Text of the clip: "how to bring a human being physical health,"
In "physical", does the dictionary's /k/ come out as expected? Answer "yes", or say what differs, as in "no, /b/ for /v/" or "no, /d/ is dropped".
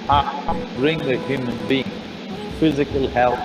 yes